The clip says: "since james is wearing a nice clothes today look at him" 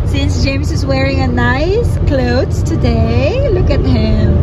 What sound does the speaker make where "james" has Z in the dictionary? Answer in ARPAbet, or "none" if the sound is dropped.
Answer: S